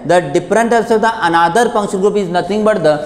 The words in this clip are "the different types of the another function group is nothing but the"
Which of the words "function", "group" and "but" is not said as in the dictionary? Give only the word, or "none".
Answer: function